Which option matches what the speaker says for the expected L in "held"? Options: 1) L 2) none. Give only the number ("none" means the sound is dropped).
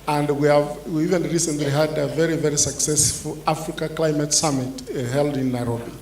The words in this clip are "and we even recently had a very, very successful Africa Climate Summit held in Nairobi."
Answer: 1